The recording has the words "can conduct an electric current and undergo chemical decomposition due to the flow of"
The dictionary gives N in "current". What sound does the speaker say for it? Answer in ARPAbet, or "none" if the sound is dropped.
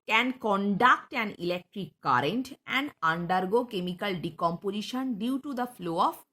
N